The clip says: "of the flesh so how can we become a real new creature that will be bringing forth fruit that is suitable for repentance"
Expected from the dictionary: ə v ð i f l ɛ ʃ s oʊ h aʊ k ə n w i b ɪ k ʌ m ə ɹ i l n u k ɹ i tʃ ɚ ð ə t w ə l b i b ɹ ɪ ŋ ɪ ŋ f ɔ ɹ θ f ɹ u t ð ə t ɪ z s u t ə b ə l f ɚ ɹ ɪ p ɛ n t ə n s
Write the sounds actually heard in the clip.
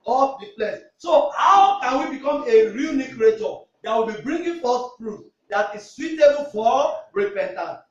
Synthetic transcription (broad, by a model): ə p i p l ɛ s s oʊ h aʊ k ə n w i b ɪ k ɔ m ə ɹ i l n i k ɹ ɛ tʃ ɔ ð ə t w ə l b i b ɹ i ŋ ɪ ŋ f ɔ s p ɹ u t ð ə t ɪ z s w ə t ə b f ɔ ɹ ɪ p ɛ n t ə n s